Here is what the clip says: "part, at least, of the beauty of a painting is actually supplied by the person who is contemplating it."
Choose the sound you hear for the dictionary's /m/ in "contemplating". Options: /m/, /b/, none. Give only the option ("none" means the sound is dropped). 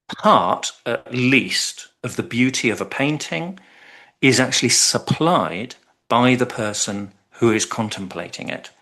/m/